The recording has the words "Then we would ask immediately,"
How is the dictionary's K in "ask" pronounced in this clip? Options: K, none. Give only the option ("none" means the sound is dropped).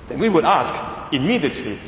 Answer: K